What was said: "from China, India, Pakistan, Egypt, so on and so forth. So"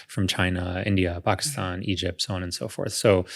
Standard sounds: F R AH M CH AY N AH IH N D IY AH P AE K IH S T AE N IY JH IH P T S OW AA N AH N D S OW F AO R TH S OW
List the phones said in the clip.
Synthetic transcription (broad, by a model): F R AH M CH AY N AH IH N D IY AH P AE K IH S T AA N IY JH IH P T S OW AA N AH N S OW F AO R TH S OW